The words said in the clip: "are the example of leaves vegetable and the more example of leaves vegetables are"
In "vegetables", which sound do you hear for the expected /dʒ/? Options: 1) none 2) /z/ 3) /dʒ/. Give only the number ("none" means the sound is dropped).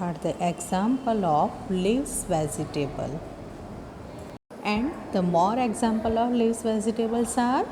2